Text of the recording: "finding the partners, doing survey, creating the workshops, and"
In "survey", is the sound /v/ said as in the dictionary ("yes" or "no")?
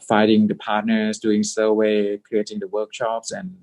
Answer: no